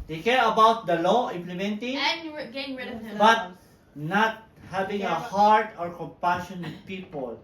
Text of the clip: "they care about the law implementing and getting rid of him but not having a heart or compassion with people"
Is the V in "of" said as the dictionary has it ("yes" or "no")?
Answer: no